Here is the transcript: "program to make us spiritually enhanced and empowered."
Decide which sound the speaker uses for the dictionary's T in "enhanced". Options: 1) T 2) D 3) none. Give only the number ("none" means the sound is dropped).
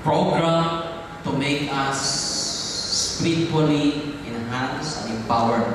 3